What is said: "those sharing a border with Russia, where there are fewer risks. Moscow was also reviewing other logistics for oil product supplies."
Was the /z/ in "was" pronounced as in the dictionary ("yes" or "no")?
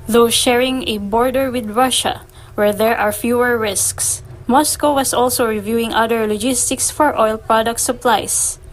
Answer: no